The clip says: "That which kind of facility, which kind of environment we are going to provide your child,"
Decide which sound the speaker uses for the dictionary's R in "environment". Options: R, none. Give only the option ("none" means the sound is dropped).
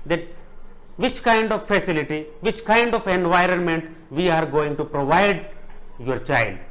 R